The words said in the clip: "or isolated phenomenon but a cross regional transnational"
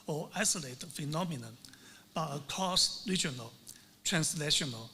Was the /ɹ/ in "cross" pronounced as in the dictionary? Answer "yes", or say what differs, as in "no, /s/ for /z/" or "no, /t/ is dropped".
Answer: no, /ɹ/ is dropped